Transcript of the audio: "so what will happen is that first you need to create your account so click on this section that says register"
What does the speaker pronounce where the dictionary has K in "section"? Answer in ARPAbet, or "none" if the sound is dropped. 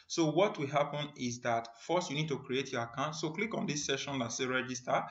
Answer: none